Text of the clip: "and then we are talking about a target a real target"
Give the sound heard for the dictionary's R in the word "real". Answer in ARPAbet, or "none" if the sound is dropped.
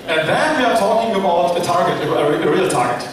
R